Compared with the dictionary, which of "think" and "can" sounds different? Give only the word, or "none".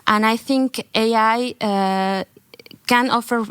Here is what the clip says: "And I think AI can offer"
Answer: none